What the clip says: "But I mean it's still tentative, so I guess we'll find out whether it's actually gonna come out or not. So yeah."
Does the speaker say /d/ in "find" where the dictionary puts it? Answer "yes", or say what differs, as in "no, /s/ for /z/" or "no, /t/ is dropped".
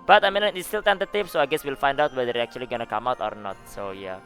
yes